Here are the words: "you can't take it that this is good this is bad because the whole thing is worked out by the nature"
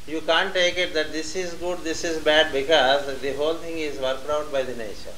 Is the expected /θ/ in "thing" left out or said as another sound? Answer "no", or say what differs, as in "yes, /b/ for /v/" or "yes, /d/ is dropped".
yes, /t/ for /θ/